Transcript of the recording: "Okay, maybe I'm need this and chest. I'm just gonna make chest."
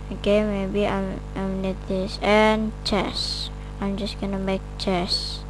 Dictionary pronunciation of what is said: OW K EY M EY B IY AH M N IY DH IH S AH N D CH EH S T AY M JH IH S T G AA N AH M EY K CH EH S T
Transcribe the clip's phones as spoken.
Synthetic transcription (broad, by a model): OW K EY M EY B IY AH M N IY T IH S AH N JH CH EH S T AY M JH IH S T G AA N AH M EY K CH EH S